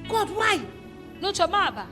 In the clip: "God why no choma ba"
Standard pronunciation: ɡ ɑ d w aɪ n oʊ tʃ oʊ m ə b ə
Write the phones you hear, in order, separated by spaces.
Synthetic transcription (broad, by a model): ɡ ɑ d w aɪ n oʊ tʃ oʊ m ə b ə